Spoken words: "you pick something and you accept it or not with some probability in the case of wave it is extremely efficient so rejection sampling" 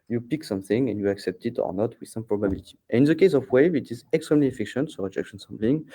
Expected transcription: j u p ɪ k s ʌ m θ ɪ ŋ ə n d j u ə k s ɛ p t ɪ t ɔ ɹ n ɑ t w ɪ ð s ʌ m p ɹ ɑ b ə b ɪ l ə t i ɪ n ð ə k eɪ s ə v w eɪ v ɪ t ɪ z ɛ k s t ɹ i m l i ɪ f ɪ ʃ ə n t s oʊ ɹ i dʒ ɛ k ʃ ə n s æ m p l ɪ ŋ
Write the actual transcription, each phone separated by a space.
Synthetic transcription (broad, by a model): j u p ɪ k s ʌ m θ ɪ ŋ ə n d j u ə k s ɛ p t ɪ t ɔ ɹ n ɑ t w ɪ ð s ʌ m p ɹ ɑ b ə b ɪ l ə t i ɪ n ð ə k eɪ s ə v w eɪ v ɪ t ɪ z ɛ k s t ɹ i m l i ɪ f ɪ ʃ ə n t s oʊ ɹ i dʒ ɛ k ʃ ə n s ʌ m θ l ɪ ŋ